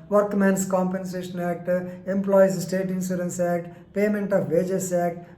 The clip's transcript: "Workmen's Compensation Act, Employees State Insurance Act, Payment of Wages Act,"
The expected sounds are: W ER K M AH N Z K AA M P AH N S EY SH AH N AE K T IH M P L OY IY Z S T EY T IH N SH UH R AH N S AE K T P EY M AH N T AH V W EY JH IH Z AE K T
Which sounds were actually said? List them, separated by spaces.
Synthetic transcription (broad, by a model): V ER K M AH N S K AA M P AH N S EY SH AH N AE K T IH M P L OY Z S T EY T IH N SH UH R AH N S AE K T P EY M AH N T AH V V EY JH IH S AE K T